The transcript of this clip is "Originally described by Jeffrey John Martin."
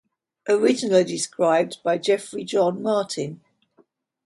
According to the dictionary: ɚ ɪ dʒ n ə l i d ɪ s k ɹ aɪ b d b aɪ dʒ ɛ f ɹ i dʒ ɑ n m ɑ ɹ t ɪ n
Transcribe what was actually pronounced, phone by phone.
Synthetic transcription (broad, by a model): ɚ ɪ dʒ ə n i d ɪ s k ɹ aɪ b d b aɪ dʒ ɛ f ɹ i dʒ ɑ n m ɑ t ɪ n